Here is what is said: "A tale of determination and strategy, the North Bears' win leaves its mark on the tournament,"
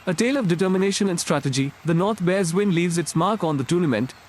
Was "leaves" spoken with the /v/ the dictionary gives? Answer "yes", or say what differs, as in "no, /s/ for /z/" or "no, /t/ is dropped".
yes